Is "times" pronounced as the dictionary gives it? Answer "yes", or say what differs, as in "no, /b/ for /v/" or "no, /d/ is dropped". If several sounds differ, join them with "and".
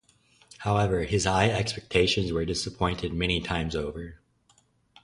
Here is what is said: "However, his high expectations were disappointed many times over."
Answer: yes